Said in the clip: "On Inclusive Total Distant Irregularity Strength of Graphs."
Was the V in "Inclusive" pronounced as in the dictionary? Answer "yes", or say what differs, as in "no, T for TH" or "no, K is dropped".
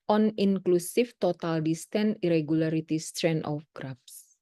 no, F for V